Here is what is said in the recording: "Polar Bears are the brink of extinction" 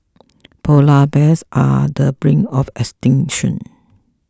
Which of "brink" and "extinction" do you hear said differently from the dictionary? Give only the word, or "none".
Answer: brink